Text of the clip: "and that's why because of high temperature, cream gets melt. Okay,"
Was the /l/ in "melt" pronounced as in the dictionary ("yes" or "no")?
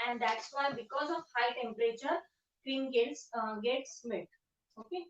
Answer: no